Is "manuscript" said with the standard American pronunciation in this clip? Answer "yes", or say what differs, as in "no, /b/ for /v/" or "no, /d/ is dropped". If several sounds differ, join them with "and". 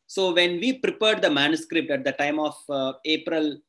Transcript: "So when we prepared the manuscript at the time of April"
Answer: yes